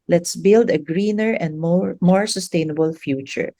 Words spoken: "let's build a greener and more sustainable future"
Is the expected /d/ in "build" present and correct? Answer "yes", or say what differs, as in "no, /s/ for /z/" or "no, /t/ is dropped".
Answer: yes